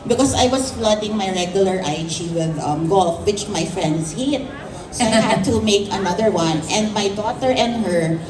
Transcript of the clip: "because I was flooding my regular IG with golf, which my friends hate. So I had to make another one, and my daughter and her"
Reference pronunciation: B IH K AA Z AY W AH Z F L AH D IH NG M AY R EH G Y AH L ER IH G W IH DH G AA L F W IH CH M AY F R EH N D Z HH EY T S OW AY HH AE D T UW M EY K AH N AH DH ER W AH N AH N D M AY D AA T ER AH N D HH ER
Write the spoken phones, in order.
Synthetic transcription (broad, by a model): B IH K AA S AY W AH S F L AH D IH NG M AY R EH G Y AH L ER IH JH W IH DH G AA L F W IH CH M AY F R EH N D S HH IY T S OW AY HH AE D T UW M EY K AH N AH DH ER W AH N AH N D M AY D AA T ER AH N D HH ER